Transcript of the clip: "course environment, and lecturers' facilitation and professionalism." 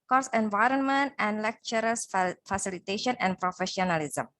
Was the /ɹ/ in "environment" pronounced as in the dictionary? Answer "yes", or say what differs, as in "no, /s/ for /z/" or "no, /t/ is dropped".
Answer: yes